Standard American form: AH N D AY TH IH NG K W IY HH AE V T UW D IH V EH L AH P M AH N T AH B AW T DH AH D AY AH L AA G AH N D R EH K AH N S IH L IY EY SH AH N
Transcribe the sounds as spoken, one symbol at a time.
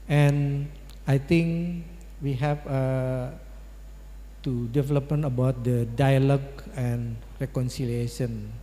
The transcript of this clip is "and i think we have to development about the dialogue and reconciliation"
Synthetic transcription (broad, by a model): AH N AY T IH NG K W IY HH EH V T UW D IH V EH L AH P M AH N AH B AW T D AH D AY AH L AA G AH N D R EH K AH N S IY L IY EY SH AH N